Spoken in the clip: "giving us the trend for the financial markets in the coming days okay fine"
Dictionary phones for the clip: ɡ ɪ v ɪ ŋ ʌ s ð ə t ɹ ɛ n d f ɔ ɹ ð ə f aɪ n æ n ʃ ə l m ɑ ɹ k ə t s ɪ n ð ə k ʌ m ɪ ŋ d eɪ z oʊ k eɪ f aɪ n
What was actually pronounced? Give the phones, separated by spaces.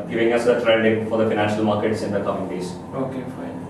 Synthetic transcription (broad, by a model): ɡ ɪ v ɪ ŋ ʌ s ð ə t ɹ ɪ l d f ɔ ɹ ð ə f aɪ n æ n ʃ ə l m ɑ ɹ k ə t s ɪ n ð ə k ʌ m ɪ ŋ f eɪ s oʊ k eɪ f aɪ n